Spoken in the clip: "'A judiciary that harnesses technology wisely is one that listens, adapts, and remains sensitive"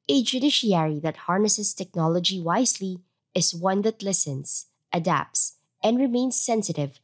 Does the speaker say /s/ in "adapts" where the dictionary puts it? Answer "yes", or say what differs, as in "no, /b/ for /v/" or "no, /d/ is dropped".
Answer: yes